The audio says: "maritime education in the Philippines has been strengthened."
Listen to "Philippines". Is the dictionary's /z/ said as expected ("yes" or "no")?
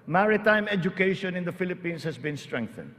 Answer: no